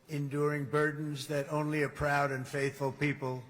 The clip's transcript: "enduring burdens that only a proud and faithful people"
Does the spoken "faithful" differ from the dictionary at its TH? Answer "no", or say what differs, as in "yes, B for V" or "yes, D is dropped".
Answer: no